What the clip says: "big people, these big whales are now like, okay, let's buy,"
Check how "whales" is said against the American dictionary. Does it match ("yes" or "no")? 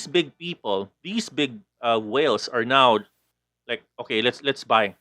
no